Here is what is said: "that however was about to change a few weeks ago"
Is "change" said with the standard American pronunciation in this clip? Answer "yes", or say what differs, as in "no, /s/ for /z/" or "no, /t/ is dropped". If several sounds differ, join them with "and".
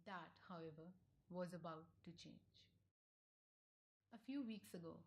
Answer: yes